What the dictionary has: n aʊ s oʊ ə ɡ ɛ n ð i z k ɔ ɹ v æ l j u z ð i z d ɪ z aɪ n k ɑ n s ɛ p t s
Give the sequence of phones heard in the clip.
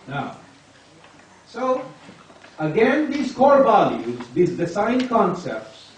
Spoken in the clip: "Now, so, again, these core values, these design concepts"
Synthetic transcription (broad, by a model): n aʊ s oʊ ə ɡ ɛ n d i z k ɔ ɹ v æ l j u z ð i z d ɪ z aɪ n k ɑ n s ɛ p t s